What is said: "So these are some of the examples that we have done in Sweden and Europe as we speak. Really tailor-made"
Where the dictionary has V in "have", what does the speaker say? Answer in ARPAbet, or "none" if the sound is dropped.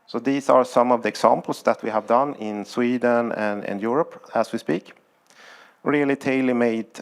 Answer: V